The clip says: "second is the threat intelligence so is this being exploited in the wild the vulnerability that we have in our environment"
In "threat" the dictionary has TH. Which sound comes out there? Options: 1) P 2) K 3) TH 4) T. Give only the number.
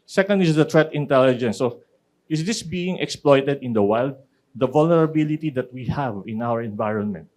4